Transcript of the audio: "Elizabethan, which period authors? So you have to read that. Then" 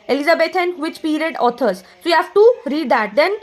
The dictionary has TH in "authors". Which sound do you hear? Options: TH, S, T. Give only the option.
T